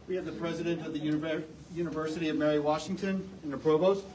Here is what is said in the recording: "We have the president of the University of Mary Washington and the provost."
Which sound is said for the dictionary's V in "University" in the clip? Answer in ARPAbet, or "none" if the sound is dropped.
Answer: V